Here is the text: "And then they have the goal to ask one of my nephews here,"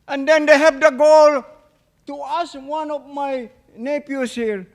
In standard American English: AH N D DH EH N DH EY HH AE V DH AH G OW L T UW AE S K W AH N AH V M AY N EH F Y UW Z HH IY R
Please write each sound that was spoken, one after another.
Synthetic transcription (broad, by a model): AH N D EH N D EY HH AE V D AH G OW L T UW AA S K W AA N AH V M AY N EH P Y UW S HH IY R